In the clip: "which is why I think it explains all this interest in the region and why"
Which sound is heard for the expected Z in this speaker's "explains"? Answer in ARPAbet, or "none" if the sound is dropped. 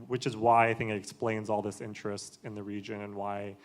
Z